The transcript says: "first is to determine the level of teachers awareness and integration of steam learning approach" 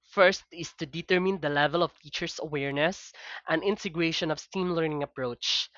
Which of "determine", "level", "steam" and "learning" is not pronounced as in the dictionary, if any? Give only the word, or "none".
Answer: none